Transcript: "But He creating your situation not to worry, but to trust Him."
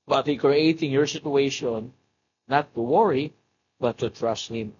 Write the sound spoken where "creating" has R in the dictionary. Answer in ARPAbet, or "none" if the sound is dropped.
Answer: R